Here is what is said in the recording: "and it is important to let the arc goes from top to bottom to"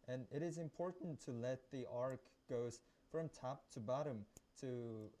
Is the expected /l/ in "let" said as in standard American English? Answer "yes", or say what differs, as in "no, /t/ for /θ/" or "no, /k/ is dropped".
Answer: yes